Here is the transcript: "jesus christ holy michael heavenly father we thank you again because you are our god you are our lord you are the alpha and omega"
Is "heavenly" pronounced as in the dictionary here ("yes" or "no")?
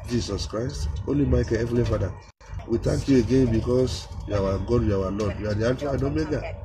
no